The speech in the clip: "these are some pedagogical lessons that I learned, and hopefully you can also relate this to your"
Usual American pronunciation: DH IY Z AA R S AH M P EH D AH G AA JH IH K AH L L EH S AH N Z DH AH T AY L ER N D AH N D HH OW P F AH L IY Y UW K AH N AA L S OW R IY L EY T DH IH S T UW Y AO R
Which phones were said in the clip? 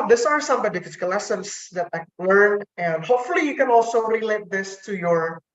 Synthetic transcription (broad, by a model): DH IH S AA R S AH M B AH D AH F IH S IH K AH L L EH S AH N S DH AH T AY L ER N AH N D HH OW P F AH L IY Y UW K AH N AA L S OW R IY L EY T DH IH S T UW Y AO R